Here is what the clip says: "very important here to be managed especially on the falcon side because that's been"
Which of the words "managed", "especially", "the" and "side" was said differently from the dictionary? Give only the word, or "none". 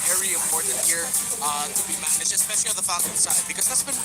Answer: managed